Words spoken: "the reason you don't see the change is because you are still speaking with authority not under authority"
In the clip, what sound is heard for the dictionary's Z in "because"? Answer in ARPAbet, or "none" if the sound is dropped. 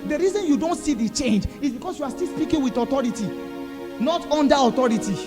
S